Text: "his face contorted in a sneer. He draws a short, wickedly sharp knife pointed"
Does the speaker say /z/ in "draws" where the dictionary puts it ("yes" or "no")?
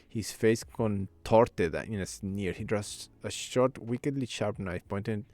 no